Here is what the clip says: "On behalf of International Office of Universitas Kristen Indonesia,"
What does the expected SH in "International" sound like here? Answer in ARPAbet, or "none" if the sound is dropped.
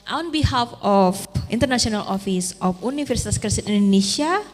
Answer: S